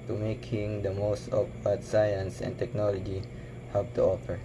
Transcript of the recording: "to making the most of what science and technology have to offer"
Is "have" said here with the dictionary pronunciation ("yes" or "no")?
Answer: no